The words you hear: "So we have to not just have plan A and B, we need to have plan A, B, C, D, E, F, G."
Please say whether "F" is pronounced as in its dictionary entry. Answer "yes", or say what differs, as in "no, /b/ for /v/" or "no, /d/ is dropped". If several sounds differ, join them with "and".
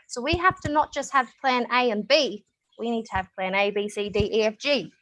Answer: yes